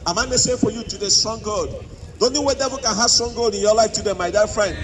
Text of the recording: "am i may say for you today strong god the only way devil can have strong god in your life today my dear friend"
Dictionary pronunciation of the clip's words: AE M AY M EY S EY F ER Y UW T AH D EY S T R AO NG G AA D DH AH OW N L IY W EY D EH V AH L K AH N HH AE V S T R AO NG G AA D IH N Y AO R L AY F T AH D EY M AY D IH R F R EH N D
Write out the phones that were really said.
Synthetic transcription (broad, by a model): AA M AY M EY S EY F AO Y UW T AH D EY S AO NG G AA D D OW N IY W EY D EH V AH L K AH N HH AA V S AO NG G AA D IH N Y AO L AY F T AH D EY M AY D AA F R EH N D